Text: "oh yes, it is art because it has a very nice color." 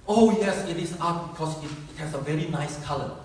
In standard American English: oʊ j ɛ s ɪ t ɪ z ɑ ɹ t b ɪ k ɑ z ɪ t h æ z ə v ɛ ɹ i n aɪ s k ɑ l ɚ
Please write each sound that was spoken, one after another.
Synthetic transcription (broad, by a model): oʊ j ɛ s ɪ t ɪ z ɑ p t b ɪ k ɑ s ɪ t h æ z ə v ɛ ɹ i n aɪ s k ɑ l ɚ